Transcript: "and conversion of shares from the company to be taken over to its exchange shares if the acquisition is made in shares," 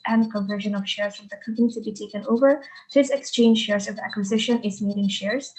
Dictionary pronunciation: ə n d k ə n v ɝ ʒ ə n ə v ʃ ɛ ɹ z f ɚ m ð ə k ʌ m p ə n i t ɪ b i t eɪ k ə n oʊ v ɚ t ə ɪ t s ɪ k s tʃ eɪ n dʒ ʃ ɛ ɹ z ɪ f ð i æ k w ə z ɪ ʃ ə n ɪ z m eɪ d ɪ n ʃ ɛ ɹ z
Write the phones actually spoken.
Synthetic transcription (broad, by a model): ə n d k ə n v ɝ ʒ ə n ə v ʃ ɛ ɹ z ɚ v ð ə k ʌ m p ə n i t ɪ b i t eɪ k ə n oʊ v ɚ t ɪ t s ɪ k s tʃ eɪ n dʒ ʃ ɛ ɹ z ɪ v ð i æ k w ə z ɪ ʃ ə n ɪ z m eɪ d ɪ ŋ ʃ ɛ ɹ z